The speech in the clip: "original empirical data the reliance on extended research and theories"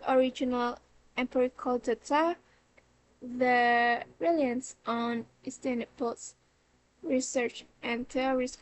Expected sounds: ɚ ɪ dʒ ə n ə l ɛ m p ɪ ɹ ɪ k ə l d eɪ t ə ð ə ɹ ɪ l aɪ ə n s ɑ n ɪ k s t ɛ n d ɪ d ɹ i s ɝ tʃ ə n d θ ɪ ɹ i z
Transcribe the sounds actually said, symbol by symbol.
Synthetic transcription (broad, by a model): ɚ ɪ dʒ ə n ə l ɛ m p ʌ ɹ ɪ k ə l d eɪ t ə ð ə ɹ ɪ l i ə n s ɑ n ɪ s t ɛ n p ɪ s ɹ i s ɝ tʃ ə n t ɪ ɹ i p